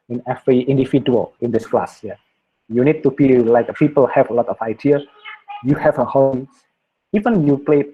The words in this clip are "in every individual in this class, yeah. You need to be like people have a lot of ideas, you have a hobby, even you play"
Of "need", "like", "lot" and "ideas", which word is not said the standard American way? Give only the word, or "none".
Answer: ideas